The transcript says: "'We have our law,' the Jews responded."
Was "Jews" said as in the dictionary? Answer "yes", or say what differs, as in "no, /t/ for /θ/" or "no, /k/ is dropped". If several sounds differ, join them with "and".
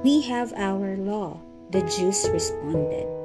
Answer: no, /s/ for /z/